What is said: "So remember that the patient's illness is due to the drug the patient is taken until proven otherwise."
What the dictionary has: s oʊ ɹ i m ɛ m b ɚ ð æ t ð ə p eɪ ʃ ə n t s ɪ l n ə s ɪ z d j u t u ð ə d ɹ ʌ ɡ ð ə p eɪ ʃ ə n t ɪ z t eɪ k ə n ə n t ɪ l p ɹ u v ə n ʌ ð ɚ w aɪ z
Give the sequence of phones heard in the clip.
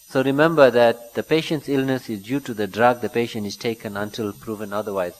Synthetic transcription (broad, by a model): s oʊ ɹ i m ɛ m b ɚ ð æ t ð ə p eɪ ʃ ə n t s ɪ l n ə s ɪ z d j u t u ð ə d ɹ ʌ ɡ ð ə p eɪ ʃ ə n t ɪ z t eɪ k ə n ə n t ɪ l p ɹ u v ə n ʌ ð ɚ w aɪ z